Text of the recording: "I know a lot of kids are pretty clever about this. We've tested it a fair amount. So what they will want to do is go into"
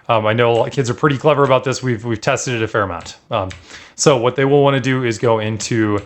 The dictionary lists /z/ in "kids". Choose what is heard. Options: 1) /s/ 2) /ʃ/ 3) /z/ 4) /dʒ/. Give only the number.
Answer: 3